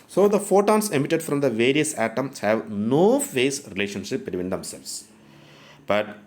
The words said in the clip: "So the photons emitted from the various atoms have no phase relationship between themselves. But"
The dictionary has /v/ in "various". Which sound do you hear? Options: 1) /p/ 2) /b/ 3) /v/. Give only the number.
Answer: 3